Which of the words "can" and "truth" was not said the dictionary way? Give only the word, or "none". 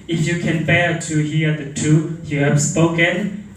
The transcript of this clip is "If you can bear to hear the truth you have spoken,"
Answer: truth